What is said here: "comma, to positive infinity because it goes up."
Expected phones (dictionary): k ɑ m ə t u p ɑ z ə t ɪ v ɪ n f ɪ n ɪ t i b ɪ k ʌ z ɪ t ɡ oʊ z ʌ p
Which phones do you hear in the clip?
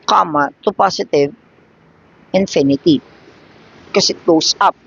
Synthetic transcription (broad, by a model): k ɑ m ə t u p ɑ s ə t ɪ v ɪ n f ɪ n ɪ t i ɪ k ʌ s ɪ t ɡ oʊ s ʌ p